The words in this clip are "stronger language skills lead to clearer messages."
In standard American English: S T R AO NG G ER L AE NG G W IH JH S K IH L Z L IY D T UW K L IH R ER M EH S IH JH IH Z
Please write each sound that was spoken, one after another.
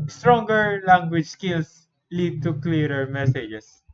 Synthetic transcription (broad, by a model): S T R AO NG G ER L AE NG G W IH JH S K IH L S L IY D T UW K L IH R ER M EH S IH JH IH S